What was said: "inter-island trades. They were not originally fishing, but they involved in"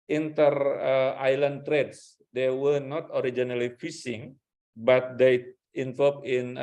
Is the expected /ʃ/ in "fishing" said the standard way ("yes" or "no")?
no